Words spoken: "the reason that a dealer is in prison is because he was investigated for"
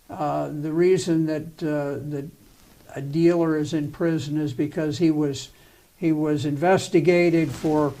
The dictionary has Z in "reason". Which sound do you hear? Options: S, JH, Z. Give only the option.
Z